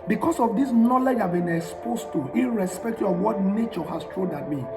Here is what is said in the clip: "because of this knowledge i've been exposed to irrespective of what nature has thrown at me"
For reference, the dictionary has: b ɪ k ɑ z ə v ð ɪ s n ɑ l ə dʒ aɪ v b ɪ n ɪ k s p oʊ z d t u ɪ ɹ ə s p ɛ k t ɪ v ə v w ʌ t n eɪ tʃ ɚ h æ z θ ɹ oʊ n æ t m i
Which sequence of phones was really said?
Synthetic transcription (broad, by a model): b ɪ k ɑ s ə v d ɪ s n ɑ l ə dʒ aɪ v b ɪ n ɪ k s p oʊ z t u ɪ ɹ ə s p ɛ k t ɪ ə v w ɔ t n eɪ tʃ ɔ h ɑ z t ɹ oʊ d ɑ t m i